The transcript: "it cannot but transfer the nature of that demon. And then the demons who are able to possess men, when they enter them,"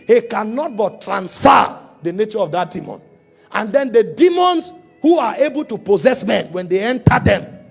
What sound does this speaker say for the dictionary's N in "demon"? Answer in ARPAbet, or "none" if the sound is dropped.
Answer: N